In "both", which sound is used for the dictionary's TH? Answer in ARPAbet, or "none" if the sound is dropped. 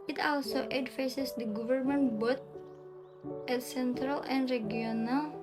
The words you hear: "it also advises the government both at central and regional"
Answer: T